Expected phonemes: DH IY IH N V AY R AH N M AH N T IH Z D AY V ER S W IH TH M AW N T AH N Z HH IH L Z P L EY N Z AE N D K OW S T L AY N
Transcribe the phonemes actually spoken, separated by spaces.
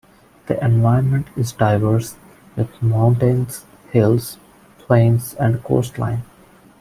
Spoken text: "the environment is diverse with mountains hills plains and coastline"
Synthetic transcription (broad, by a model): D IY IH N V AY AH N M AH N T IH Z D AY V ER S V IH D M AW N T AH N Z HH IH L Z P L EY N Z AE N D K OW S T L AY N